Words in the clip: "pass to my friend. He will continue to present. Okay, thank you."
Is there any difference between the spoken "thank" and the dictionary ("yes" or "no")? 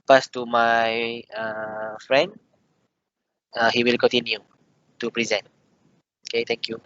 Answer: yes